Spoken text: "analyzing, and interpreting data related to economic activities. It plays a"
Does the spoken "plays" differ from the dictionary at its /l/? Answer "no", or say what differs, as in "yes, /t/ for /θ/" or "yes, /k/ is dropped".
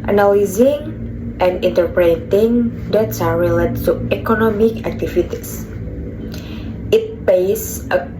yes, /l/ is dropped